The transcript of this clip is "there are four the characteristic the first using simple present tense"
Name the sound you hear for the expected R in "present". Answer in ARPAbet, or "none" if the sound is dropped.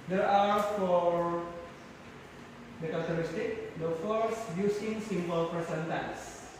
none